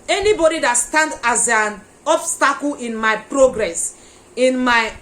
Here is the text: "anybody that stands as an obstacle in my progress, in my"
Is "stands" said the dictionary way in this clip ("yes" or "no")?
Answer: no